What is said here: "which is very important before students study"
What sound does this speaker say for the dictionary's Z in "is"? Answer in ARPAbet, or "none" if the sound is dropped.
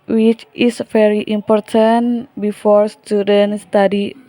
S